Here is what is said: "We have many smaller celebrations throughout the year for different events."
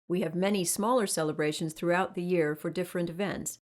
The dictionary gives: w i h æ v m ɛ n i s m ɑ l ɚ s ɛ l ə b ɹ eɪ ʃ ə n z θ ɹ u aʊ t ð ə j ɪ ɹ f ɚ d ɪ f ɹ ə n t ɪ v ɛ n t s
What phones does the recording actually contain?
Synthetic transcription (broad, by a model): w i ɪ v m ɛ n i s m ɑ l ɚ s ɛ l ə b ɹ eɪ ʃ ə n z θ ɹ u aʊ t ð ə j ɪ ɹ f ɚ d ɪ f ɹ ə n t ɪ v ɛ n t s